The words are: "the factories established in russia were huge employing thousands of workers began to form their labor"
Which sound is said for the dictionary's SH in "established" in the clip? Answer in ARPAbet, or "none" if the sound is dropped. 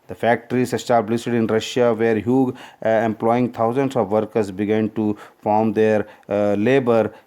S